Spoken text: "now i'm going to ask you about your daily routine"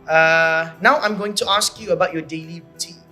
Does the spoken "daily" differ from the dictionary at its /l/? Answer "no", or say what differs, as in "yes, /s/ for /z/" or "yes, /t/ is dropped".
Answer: no